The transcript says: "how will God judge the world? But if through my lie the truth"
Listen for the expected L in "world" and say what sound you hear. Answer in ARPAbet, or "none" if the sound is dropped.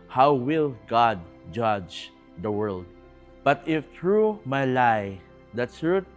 L